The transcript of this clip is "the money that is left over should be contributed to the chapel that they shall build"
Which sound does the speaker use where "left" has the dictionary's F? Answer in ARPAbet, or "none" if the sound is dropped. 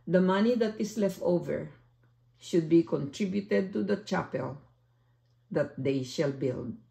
F